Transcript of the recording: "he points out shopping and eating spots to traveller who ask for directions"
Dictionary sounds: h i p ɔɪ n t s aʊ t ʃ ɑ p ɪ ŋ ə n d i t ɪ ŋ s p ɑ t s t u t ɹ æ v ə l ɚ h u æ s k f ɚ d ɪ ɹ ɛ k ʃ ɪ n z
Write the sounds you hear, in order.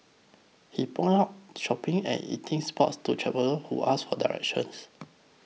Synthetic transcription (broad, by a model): h i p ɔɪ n aʊ t ʃ ɑ p ɪ ŋ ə n i t ɪ ŋ s p ɑ t s t u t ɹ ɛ p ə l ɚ h u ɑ s f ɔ d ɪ ɹ ɛ k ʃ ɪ n s